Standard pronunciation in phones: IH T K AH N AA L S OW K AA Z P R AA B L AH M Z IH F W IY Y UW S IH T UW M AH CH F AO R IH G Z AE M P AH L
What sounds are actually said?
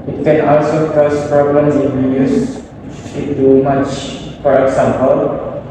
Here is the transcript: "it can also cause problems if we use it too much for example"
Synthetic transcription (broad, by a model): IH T K AH N AA L S OW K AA S P R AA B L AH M IH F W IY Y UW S IH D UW M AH CH F AO R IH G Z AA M P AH L